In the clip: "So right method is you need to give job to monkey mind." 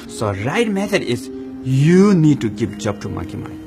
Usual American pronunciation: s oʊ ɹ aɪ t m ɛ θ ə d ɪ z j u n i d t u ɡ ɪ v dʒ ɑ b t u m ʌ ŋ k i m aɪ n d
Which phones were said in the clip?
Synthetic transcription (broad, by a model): s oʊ ɹ aɪ t m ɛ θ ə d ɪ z j u n i d t u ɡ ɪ p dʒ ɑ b t u m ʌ k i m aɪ